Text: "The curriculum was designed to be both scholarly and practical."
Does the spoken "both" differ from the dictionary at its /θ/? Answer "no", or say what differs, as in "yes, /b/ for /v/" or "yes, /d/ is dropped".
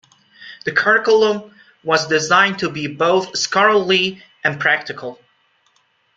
no